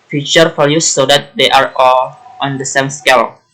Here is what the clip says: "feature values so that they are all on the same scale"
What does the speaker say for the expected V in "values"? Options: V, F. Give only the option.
F